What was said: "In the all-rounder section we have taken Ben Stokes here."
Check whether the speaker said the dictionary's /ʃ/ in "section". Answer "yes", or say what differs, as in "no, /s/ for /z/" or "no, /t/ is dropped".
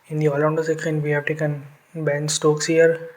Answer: no, /ʃ/ is dropped